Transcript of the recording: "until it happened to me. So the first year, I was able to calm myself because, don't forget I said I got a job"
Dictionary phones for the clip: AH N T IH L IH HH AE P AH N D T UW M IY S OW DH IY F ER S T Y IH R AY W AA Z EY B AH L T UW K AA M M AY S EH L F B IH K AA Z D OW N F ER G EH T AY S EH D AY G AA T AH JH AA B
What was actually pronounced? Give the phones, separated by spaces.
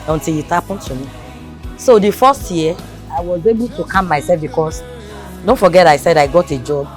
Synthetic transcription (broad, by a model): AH N T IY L IH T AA P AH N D T UW M IY S OW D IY F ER S T Y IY AY W AA Z EY B AH L T UW K AA M M AY S EH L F B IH K AA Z D OW N F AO G EH T AY S EH D AY G AA T AH JH AA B